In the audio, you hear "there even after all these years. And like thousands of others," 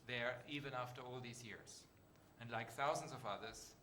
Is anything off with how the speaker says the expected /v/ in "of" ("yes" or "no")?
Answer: no